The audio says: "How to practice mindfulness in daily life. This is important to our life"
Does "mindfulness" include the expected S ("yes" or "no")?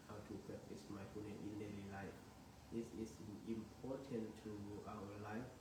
no